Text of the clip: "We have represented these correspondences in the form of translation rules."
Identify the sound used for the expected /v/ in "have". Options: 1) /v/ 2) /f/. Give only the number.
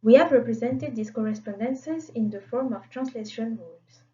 1